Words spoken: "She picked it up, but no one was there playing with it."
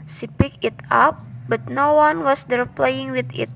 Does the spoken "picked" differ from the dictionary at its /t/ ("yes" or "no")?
yes